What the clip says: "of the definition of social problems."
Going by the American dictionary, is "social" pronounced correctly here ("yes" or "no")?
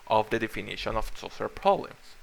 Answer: no